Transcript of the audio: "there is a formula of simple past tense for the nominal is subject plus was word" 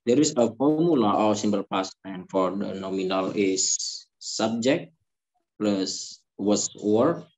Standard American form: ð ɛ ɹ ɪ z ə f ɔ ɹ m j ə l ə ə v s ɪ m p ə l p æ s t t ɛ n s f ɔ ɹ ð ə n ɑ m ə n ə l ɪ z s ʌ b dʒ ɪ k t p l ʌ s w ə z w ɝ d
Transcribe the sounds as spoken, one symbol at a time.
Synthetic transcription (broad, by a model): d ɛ ɹ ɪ s ə f ɔ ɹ m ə l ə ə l s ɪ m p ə l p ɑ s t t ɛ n f ɔ ɹ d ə n ɑ m ə n ə l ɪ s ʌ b dʒ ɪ k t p l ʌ s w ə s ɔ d